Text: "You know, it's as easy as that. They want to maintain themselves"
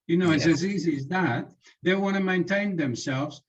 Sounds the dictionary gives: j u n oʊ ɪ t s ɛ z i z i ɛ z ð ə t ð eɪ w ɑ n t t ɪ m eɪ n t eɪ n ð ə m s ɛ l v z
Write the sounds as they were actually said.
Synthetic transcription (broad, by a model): j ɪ n oʊ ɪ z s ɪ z i z i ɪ z ð ə t ð eɪ w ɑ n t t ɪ m eɪ n t eɪ n ð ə m s ɛ l v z